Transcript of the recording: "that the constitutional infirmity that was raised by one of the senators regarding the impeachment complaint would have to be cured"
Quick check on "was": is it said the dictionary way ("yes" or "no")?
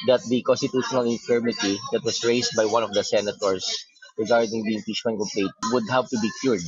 no